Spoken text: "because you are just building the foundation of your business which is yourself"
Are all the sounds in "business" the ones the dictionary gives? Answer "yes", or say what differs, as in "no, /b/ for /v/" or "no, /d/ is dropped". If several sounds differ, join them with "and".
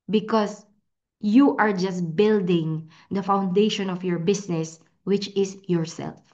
no, /s/ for /z/